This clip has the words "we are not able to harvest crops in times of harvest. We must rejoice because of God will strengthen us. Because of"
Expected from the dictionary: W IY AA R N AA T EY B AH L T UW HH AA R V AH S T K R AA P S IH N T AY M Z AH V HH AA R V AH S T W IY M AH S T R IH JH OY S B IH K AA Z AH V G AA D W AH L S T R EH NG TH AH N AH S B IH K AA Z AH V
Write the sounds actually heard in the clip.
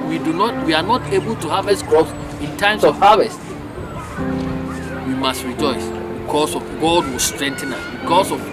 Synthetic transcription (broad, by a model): W IY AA W N AA T EY B AH L T UW HH AA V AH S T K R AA S IH N T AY M S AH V HH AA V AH S T W IY M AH S T R IH JH OY S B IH K AA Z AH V G AA D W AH S T R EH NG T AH N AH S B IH K AA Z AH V